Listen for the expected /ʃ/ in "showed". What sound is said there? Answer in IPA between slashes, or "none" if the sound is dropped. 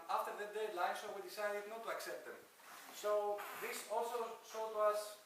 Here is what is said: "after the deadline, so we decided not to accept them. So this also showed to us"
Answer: /s/